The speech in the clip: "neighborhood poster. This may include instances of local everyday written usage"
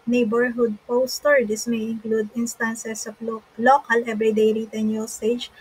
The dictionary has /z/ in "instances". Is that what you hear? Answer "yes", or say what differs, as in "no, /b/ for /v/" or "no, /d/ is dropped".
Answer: no, /s/ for /z/